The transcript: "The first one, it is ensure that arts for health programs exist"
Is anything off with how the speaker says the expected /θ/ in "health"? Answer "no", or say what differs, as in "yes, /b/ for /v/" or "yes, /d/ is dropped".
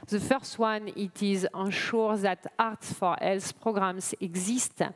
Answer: yes, /s/ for /θ/